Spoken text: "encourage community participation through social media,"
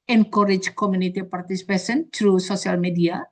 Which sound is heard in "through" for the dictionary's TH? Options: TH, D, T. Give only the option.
T